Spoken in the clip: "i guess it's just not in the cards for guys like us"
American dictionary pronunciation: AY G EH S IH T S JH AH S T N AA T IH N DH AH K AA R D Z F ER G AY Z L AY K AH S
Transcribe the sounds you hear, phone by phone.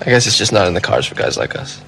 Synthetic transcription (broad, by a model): AY G EH S IH T S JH AH S N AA T IH N DH AH K AA R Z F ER G AY Z L AY K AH S